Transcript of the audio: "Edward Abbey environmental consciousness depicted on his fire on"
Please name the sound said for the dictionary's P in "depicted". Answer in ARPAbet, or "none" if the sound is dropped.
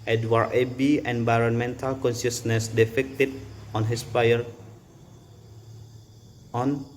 F